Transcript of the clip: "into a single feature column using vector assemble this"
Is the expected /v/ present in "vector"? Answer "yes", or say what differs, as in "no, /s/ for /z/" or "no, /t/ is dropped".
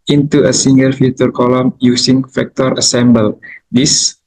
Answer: no, /f/ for /v/